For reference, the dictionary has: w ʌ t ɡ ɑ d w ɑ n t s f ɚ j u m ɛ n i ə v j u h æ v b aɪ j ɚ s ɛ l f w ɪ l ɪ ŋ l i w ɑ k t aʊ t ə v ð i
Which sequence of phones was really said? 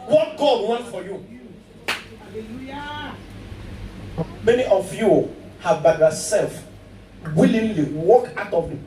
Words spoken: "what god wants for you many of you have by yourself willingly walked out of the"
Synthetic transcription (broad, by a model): w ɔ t ɡ ɑ d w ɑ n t f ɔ j u m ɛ n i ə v j u h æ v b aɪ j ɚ s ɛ l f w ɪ l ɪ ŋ l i w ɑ k aʊ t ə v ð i